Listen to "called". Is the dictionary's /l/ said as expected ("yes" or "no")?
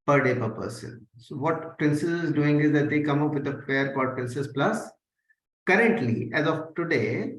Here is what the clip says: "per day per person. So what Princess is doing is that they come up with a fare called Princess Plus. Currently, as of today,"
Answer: no